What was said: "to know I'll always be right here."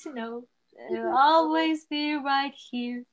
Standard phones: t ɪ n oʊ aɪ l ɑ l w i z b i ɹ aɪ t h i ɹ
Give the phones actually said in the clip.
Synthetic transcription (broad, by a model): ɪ n oʊ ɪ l ɑ l w i z b i ɹ aɪ t h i ɹ